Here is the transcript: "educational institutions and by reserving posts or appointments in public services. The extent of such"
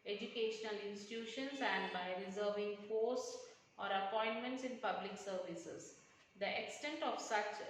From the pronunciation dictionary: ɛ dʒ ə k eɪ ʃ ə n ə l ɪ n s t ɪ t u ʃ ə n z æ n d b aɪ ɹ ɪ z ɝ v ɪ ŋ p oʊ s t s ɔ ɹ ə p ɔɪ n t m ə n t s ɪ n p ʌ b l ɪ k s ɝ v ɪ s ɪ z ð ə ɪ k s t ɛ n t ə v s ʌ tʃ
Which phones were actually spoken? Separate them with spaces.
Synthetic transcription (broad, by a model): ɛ dʒ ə k eɪ ʃ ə n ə l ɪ n s t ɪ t u ʃ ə n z æ n d b aɪ ɹ ɪ z ɝ v ɪ ŋ f oʊ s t s ɔ ɹ ə p ɔɪ n t m ə n t s ɪ n p ʌ b l ɪ k s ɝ v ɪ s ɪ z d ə ɪ k s t ɛ n t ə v s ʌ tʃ